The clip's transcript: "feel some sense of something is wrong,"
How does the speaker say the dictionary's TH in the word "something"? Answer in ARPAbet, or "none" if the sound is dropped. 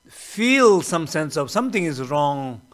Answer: T